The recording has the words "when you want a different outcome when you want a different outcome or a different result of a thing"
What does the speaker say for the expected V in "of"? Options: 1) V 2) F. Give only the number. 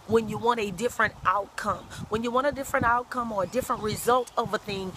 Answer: 1